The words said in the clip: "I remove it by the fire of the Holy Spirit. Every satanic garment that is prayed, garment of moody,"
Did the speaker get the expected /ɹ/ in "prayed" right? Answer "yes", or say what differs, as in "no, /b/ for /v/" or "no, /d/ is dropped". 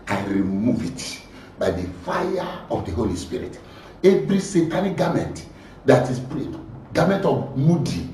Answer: no, /l/ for /ɹ/